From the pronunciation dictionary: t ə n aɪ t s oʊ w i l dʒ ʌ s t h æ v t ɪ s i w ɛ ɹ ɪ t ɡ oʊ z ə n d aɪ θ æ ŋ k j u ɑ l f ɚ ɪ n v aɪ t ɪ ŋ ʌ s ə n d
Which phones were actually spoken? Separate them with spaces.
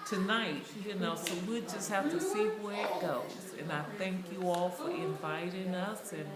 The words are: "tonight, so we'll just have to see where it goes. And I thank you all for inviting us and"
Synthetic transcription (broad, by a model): t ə n aɪ t s oʊ w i dʒ ʌ s t h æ f t ɪ s i w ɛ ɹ ɪ t ɡ oʊ z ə n aɪ θ æ ŋ k j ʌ ɑ l f ɚ ɪ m v aɪ t ɪ ŋ ʌ s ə n